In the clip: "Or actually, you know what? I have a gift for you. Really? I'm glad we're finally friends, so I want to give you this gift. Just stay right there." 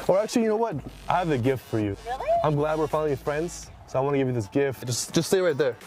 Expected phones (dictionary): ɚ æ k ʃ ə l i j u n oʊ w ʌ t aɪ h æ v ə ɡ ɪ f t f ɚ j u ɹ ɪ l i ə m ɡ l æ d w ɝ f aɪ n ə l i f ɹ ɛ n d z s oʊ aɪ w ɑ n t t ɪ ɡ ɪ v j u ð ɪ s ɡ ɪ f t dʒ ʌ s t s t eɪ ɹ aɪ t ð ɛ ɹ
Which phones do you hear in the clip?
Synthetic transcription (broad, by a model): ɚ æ k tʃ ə l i j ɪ n oʊ w ʌ t aɪ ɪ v ə ɡ ɪ f t f ɚ j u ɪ i ə m ɡ l æ d w ɝ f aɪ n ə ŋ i f ɹ ɛ n d z s oʊ aɪ w ɑ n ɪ ɡ ɪ v j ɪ ð ɪ s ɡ ɪ f t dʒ ʌ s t s t eɪ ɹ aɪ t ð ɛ ɹ